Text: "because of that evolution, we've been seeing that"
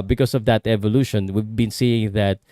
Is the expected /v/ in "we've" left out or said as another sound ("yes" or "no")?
no